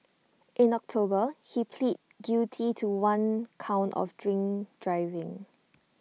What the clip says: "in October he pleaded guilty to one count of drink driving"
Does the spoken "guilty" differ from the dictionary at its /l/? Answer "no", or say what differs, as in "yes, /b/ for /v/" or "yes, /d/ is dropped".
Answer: yes, /l/ is dropped